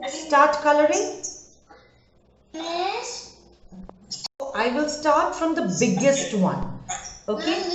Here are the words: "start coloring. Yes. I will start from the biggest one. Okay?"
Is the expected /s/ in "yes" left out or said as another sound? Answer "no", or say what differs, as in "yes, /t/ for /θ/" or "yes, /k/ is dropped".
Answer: yes, /s/ is dropped